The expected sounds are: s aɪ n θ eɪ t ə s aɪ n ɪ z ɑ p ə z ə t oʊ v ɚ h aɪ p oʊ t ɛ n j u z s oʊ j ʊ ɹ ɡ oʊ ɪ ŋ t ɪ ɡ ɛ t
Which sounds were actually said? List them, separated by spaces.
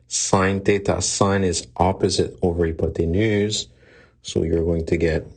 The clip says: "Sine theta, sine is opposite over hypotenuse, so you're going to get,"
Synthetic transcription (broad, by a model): s aɪ n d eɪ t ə s aɪ n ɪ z ɑ p ə z ə t oʊ v ɚ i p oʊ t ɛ n j u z s oʊ j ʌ ɹ ɡ oʊ ɪ ŋ t ɪ ɡ ɛ t